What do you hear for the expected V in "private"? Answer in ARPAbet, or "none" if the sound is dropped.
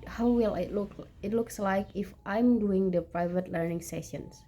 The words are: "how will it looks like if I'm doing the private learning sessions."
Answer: V